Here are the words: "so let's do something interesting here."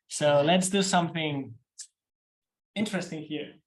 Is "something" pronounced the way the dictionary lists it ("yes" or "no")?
yes